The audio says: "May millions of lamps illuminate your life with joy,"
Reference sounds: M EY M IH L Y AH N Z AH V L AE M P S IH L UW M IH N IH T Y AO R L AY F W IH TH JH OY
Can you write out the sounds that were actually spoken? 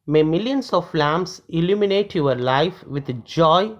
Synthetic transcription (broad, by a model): M EY M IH L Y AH N S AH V L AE M S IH L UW M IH N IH T Y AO R L AY F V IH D JH OY